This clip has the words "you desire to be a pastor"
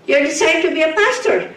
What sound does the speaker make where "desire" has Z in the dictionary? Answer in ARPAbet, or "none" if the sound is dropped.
S